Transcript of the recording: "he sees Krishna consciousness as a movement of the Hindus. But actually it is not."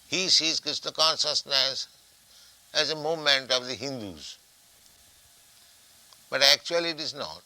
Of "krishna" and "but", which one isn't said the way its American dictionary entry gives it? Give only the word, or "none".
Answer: krishna